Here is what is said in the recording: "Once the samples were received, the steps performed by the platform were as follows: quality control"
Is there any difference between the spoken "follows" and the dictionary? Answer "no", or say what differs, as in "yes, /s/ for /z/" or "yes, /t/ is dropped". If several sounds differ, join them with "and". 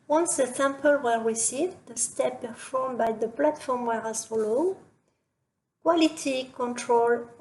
yes, /z/ is dropped